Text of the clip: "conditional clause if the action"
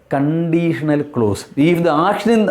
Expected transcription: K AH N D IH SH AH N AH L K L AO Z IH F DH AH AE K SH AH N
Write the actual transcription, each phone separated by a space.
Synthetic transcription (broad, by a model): K AH N D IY SH AH N AH L K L AO S IH F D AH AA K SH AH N